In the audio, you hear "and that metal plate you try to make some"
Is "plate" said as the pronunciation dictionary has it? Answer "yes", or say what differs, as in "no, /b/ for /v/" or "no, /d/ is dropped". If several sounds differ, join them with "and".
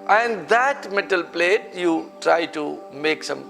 yes